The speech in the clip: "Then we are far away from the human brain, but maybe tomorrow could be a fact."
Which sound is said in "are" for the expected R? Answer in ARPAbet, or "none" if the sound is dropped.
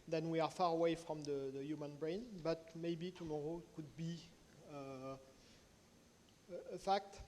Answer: R